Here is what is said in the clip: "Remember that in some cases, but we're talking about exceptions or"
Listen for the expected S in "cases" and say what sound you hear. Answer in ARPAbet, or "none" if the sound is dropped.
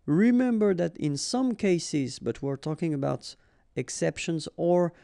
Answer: S